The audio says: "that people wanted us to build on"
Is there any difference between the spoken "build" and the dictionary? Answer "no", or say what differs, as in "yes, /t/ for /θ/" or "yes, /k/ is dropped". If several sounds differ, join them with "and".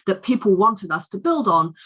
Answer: no